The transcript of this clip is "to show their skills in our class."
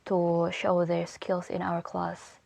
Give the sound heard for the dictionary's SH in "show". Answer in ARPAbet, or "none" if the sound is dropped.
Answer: SH